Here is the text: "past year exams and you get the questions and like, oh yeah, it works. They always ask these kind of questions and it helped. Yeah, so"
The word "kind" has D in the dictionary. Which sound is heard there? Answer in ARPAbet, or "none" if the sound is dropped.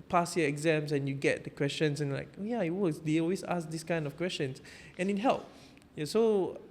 D